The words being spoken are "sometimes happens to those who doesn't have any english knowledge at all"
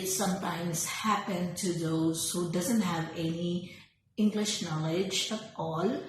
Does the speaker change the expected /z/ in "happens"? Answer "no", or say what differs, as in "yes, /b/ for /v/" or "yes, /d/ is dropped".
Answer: yes, /z/ is dropped